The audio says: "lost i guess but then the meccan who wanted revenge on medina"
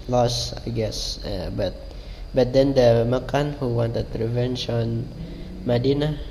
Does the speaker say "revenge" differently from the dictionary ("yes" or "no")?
yes